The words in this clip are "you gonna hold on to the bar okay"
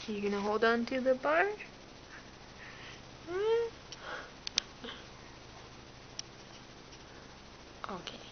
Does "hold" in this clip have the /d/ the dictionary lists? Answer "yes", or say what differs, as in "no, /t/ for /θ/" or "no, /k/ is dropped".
yes